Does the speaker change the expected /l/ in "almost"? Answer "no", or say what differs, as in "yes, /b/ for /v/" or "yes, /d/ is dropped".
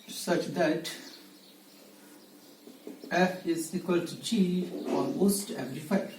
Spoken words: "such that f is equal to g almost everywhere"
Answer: yes, /n/ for /l/